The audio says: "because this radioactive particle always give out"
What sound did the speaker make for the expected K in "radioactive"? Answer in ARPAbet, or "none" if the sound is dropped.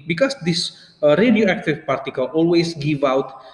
K